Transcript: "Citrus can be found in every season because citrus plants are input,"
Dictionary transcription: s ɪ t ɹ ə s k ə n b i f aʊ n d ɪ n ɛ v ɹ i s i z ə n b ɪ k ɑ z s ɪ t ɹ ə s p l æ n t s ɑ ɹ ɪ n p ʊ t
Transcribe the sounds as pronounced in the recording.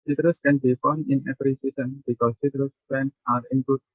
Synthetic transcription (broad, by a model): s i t ɹ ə s k ə n b i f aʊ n ɪ n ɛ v ɹ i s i s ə n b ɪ k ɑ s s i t ɹ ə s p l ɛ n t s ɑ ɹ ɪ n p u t